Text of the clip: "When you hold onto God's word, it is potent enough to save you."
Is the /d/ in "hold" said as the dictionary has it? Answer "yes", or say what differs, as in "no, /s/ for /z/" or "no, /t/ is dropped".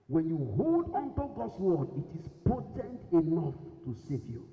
yes